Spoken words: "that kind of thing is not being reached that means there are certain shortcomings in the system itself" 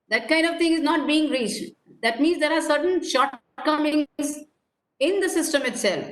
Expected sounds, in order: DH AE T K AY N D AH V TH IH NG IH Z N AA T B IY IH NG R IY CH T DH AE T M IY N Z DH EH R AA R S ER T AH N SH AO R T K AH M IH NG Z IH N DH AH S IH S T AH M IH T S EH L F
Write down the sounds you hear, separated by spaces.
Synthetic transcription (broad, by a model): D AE T K AY N D AH V T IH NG IH Z N AA T B IY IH NG R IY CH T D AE T M IY N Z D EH R AA R S ER T AH N SH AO R T K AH M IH NG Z IH N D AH S IH S T AH M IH T S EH L F